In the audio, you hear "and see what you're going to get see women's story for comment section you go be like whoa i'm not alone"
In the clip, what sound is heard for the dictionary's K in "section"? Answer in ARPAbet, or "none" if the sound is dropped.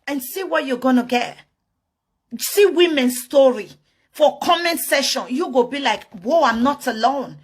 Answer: none